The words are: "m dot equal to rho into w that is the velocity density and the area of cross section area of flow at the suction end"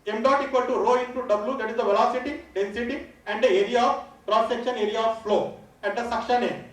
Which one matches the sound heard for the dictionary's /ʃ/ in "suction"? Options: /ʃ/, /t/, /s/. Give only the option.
/ʃ/